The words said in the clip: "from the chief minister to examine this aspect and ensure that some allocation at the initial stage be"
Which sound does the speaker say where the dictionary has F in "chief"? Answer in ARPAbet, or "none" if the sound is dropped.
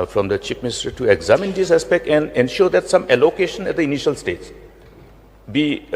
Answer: P